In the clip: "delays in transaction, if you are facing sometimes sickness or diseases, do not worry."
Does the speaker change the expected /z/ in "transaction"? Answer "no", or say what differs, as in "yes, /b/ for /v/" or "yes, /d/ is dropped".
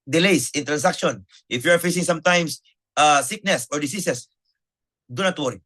yes, /s/ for /z/